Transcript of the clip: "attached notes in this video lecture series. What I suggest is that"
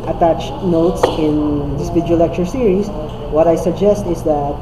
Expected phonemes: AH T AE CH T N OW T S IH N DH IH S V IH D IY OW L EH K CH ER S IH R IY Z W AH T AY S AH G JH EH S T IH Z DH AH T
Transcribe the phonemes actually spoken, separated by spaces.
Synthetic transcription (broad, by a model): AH T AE CH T N OW T S IH N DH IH S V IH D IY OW L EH K CH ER S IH R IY S W AH T AY S AH G JH EH S T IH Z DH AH T